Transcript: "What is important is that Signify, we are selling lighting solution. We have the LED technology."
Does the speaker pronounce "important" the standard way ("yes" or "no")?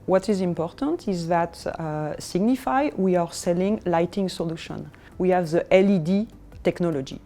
yes